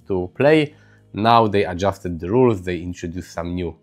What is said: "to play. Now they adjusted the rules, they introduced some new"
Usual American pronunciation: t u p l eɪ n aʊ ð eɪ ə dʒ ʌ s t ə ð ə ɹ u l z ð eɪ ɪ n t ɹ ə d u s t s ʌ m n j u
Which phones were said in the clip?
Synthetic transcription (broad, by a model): t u p l eɪ n aʊ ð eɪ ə dʒ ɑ s t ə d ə ɹ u l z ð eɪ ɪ n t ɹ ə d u s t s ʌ m n j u